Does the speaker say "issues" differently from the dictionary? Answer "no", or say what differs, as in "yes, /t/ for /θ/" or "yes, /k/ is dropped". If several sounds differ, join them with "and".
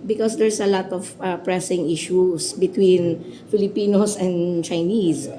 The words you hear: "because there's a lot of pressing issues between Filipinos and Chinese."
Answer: yes, /s/ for /z/